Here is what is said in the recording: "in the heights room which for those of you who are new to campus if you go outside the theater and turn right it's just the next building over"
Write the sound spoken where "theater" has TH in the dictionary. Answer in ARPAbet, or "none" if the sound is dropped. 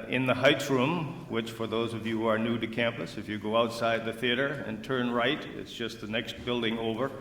TH